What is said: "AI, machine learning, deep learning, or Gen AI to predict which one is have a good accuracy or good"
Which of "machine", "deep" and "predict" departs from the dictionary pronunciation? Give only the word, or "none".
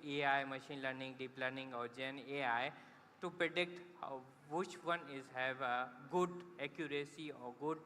none